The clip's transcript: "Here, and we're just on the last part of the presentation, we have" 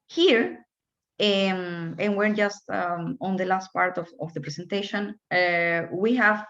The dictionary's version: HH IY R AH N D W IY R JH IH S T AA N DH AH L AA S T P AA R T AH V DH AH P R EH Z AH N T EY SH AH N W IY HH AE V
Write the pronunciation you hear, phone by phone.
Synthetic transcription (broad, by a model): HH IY R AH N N W IY R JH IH S T AA N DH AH L AA S T P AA R T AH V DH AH P R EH S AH N T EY SH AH N W IY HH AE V